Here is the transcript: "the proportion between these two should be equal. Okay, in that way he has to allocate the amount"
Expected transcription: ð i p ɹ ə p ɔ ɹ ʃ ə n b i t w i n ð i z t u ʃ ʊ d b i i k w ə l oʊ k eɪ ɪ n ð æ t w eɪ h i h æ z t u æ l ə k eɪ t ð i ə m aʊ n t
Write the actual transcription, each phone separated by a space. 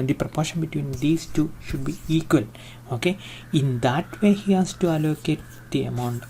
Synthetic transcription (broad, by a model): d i p ɹ ə p ɔ ɹ ʃ ə n b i t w i n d i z t u ʃ ʊ d b i i k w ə l oʊ k eɪ ɪ n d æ t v eɪ h i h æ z t u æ l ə k eɪ t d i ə m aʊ n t